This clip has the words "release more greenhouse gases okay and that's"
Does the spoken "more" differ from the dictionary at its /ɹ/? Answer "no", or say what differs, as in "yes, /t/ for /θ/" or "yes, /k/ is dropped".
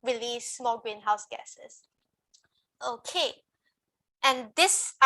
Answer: yes, /l/ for /ɹ/